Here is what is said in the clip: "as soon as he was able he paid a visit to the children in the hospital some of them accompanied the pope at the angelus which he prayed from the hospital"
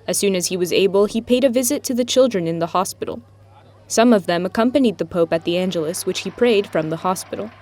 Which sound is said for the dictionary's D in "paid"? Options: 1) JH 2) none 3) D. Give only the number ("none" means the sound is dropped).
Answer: 3